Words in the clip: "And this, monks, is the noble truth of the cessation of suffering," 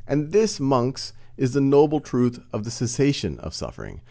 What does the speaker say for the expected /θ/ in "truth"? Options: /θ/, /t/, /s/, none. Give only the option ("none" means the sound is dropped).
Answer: /θ/